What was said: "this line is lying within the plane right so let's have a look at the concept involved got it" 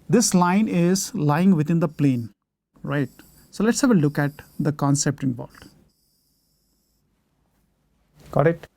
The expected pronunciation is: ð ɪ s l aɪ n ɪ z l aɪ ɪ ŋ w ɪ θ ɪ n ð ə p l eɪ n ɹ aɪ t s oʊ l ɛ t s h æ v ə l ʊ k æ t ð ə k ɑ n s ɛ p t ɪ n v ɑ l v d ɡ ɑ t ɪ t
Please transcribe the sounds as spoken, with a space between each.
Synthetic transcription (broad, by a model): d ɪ s l aɪ n ɪ z l aɪ ɪ ŋ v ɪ t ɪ n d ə p l eɪ n ɹ aɪ t s oʊ l ɛ t s h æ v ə l ʊ k æ t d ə k ɑ n s ɛ p t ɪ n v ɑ l d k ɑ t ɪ t